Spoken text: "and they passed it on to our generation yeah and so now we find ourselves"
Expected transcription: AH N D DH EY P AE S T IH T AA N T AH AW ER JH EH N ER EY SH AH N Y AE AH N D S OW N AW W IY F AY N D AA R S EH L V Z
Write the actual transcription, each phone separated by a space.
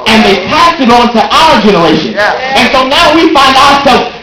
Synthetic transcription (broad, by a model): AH N DH EY P AE S IH T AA N T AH AW ER JH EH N ER EY SH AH N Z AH N S OW N AW W IY F AY N D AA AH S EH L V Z